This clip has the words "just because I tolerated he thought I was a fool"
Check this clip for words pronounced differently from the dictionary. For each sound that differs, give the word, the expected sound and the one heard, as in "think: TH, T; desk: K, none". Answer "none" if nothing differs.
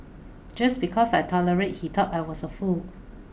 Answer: because: Z, S; thought: TH, T; was: Z, S